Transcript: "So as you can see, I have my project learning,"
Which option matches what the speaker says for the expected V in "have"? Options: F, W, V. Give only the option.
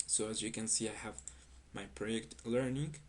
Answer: V